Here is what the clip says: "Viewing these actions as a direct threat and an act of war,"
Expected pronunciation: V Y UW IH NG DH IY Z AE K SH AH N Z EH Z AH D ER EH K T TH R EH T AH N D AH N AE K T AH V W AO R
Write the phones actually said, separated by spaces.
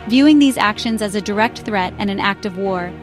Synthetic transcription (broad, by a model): V Y UW IH NG DH IY Z AE K SH AH N Z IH Z AH D ER EH K T TH R EH T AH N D AH N AE K T AH V W AO R